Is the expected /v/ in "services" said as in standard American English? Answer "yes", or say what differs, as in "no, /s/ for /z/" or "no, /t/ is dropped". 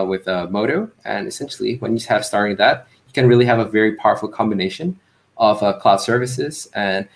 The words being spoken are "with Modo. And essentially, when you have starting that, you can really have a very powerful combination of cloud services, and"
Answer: yes